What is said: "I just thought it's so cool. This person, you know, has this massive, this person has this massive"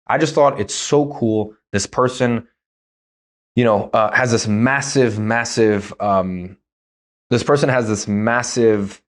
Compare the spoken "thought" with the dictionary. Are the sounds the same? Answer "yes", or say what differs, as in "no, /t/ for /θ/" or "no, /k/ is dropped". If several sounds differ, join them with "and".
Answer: yes